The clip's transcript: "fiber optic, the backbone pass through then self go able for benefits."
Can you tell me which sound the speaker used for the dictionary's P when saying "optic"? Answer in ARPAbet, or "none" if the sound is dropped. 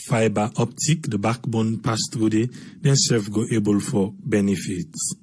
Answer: P